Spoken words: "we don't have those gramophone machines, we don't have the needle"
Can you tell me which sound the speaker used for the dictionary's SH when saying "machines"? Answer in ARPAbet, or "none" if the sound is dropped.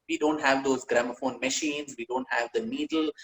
SH